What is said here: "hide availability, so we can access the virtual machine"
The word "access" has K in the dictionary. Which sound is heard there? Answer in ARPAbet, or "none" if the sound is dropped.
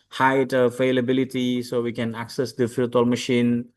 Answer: K